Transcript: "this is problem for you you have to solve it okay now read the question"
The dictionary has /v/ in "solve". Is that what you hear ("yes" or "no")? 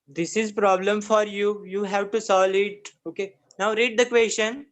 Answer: no